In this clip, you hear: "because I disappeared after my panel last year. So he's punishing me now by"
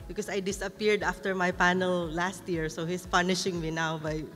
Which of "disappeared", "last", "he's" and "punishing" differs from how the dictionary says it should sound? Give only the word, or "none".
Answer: he's